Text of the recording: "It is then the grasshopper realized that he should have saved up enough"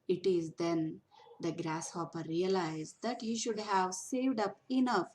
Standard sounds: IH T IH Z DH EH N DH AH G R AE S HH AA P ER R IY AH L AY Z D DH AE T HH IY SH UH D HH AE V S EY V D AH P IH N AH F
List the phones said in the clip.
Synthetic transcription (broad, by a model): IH T IH Z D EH N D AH G R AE S HH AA P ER R IY AH L AY Z D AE T HH IY SH UH D HH AE V S EY V D AH P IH N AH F